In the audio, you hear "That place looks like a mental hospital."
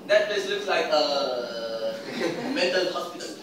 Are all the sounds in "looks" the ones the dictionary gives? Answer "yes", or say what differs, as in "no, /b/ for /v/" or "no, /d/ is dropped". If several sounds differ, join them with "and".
yes